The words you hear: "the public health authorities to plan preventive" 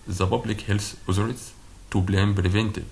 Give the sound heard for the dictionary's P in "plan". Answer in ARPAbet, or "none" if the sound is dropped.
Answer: B